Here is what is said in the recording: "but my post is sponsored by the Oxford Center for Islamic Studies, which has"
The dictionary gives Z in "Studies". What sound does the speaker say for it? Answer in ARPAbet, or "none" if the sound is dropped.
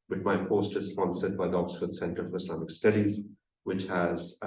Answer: Z